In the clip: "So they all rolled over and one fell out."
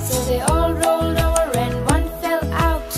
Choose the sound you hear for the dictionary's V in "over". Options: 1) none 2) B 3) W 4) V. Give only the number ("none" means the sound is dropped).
1